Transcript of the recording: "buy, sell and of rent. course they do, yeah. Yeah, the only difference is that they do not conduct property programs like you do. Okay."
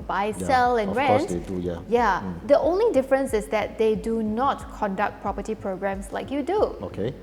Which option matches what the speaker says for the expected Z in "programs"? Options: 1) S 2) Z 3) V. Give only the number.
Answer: 1